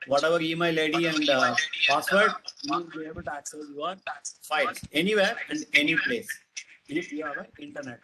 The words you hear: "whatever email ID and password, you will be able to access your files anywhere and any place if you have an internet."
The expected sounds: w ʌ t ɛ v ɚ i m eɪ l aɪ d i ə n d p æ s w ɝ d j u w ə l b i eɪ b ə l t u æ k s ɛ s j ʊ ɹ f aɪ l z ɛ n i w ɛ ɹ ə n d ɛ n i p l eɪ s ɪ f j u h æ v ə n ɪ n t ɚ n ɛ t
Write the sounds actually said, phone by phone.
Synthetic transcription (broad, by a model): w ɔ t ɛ v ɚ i m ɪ l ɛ d i ə n d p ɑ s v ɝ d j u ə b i eɪ b ə l t u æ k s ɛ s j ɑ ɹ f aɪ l ɛ n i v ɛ ɹ ə n d ɛ n i p l eɪ s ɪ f j u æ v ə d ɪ n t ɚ n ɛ t